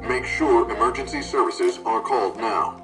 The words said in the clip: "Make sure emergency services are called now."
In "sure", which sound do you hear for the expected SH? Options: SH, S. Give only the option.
SH